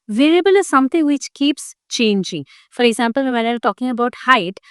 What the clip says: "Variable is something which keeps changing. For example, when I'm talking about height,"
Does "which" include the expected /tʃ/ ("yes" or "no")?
yes